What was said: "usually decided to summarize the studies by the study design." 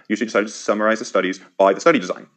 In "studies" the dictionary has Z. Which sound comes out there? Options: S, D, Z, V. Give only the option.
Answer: Z